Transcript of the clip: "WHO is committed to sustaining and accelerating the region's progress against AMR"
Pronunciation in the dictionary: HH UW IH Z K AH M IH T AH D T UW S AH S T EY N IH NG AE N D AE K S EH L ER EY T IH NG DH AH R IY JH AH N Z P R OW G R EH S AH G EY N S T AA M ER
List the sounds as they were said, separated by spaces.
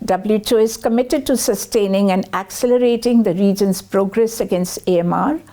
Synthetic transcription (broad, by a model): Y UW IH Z K AH M IH T AH D T UW S AH S T EY N IH NG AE N D AE K S EH L ER EY T IH NG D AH R IY JH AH N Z P R OW G R EH S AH G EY N S T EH M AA